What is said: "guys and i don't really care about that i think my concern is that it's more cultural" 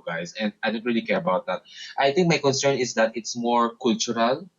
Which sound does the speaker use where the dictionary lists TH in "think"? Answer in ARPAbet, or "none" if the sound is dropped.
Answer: T